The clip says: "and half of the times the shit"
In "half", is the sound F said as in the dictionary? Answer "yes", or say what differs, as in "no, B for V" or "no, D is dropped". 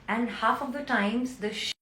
yes